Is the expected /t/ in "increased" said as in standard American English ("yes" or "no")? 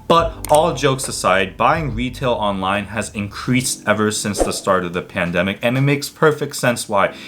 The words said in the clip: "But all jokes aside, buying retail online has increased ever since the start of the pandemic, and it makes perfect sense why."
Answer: yes